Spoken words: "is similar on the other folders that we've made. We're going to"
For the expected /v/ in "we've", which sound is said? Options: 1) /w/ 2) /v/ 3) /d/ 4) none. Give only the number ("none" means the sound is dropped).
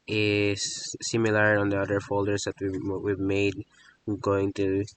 1